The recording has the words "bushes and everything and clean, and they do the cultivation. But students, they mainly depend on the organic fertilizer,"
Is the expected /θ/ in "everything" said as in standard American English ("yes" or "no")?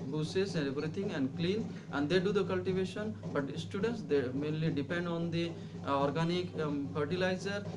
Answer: no